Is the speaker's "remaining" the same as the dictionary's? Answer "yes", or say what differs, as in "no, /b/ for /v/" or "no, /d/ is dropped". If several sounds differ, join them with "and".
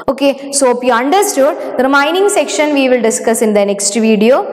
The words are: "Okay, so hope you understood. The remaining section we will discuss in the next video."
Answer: no, /m/ is dropped